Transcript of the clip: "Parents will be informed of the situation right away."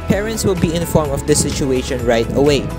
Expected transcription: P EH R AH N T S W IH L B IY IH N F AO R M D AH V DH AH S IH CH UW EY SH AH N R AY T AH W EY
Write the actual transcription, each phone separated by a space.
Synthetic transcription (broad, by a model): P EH R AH N T S W IH L B IY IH N F AO R M AH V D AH S IH CH UW EY SH AH N R AY T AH W EY